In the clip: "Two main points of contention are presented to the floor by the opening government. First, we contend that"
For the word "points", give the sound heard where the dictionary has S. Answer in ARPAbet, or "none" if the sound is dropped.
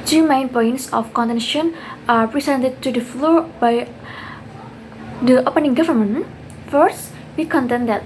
S